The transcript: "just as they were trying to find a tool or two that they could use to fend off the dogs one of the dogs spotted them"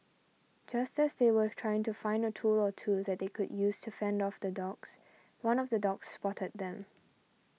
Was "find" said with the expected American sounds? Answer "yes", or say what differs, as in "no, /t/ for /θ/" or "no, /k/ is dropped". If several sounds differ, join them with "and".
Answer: yes